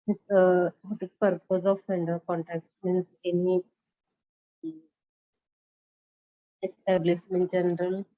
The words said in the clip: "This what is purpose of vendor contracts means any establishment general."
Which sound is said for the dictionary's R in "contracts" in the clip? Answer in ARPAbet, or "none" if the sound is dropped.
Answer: none